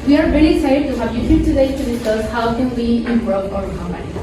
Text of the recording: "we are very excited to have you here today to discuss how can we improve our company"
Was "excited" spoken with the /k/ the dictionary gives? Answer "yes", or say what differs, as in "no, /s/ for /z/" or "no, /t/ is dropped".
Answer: no, /k/ is dropped